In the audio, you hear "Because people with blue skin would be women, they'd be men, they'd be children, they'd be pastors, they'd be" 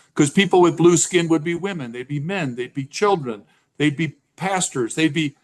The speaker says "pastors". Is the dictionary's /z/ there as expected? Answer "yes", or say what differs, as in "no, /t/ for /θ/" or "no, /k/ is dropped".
yes